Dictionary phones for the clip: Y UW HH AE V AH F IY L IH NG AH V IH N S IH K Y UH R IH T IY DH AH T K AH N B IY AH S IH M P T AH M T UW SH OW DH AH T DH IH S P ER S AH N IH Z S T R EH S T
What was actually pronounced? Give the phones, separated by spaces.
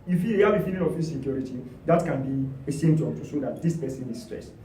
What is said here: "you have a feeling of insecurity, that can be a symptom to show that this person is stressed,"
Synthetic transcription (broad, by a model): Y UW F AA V AH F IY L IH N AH F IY S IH K Y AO R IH T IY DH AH T K AH N B IY AH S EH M T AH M T UW S OW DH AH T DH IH S P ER S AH N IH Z S T R EH S T